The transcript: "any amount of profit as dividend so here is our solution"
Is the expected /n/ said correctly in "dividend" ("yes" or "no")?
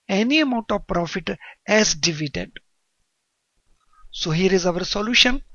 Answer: no